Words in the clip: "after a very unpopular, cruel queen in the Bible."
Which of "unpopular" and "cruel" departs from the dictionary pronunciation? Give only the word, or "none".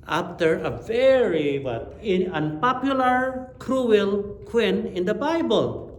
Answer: none